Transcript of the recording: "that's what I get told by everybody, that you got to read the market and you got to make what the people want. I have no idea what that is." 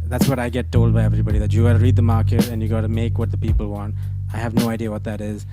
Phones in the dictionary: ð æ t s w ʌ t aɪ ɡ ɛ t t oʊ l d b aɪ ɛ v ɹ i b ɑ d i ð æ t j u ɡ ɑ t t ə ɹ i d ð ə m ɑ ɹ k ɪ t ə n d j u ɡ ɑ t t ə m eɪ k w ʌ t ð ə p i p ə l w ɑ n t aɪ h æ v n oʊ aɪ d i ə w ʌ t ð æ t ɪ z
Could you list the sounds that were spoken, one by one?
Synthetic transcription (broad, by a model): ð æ t s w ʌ t aɪ ɡ ɛ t t oʊ l d b aɪ ɛ v ɹ i b ɑ d i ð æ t j u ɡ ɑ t t ə ɹ i d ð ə m ɑ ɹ k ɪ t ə n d j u ɡ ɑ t t ə m eɪ k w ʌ t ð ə p i p ə l w ɑ n t aɪ h æ v n oʊ aɪ d i ə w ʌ t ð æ t ɪ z